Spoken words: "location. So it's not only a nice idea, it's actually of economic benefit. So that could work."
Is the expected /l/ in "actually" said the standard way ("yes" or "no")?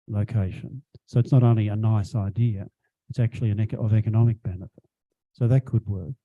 no